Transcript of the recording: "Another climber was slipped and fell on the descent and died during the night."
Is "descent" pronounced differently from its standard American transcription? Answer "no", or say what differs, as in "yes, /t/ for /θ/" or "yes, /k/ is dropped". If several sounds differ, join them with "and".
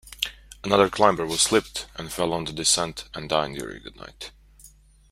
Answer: no